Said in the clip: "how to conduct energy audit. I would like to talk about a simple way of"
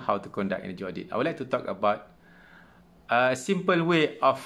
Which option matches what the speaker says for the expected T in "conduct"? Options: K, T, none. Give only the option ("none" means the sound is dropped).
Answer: none